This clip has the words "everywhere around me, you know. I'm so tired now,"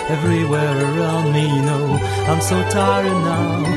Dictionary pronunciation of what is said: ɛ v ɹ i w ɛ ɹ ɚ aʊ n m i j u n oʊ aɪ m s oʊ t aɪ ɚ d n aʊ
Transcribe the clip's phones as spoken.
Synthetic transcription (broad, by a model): ɛ v ɹ i w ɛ ɹ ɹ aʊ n m i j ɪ n oʊ aɪ m s oʊ t aɪ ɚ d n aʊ